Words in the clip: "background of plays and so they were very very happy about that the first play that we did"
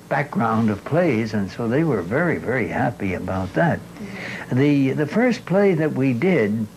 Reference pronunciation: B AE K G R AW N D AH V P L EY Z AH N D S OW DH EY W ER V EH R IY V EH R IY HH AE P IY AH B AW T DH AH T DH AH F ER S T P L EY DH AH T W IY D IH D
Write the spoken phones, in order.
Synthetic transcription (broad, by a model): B AE K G R AW N D AH V P L EY Z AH N S OW DH EY W ER V EH R IY V EH R IY HH AE P IY AH B AW T DH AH T DH AH F ER S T P L EY DH AH T W IY D IH D